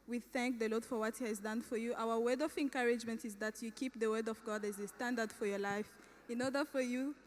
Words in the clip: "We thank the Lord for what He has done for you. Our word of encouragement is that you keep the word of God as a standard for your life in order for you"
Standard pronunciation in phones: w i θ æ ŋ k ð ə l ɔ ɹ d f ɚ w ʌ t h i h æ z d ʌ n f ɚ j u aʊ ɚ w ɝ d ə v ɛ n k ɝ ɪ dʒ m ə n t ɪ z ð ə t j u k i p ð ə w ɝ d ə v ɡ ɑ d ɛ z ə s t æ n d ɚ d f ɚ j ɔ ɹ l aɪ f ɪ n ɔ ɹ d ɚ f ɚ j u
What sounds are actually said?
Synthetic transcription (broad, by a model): w i θ æ ŋ k ð ə l ɔ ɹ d f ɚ w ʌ t h i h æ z d ʌ n f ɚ j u aʊ ɚ w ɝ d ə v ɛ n k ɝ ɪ dʒ m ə n t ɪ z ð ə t j u k i p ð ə w ɝ d ə v ɡ ɑ d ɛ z ə s t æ n d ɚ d f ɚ j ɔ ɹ l aɪ f ɪ n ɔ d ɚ f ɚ j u